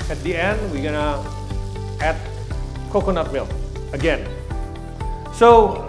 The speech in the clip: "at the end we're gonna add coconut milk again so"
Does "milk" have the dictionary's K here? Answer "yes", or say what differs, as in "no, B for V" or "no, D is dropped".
no, K is dropped